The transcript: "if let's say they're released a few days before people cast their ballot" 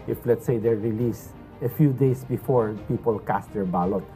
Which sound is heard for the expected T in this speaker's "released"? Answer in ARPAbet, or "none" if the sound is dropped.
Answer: none